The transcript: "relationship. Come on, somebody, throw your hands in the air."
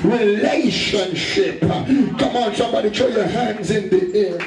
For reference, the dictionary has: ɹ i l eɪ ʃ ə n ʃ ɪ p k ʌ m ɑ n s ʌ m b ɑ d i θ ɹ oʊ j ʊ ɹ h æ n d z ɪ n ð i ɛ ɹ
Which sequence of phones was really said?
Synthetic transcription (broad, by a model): ɹ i l eɪ ʃ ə n ʃ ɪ p k ʌ m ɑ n s ʌ m b ɑ d i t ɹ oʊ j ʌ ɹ h æ n d z ɪ n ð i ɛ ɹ